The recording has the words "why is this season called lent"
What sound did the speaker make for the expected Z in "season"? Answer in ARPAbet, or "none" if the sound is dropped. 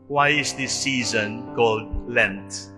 Z